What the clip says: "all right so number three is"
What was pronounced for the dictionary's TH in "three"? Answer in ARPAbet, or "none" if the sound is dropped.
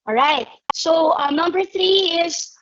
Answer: TH